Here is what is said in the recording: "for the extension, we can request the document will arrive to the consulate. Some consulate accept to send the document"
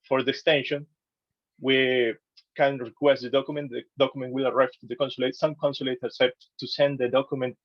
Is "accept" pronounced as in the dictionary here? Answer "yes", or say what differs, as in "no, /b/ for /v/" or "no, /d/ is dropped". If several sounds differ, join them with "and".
no, /k/ is dropped